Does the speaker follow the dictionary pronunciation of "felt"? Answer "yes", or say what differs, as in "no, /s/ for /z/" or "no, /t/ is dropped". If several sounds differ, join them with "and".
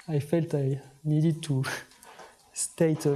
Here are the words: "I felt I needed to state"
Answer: yes